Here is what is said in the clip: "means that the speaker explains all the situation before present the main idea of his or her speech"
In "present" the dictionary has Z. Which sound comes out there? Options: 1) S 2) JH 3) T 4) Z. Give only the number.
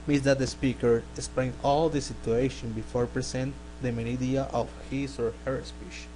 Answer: 1